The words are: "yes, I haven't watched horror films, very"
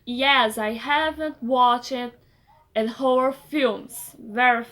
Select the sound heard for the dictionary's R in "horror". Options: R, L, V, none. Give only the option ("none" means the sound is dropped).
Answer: none